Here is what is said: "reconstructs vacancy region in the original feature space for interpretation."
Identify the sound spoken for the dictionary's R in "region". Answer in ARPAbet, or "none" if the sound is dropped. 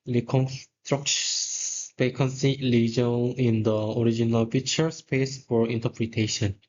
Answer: L